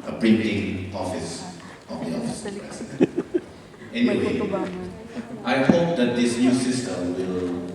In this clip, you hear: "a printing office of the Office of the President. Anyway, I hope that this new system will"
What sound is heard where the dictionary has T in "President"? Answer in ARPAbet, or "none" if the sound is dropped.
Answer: none